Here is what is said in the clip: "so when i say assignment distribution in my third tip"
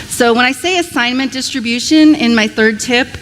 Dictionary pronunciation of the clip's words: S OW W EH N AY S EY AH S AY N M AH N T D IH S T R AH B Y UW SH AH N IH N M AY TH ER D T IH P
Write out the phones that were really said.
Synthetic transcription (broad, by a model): S OW W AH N AY S EY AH S AY N M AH N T D IH S T R AH B Y UW SH AH N IH N M AY TH ER D T IH P